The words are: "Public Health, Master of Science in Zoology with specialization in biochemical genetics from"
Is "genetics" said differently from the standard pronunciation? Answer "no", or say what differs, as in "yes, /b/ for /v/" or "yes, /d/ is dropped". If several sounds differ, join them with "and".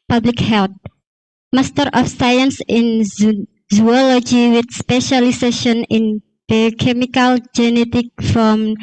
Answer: yes, /s/ is dropped